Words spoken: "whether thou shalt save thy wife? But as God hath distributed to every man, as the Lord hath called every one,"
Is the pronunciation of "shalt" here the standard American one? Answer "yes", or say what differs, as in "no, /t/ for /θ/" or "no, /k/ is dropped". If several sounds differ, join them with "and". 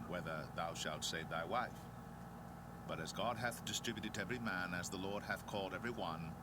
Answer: yes